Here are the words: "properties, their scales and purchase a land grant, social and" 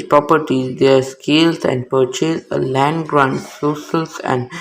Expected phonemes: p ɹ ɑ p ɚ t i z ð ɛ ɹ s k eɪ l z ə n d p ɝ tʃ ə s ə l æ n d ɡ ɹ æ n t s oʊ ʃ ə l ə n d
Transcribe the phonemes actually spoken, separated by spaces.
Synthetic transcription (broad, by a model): p ɹ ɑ p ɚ t i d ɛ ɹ s k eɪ l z ə n d p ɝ tʃ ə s ə l æ n d ɡ ɹ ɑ n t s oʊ s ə l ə n d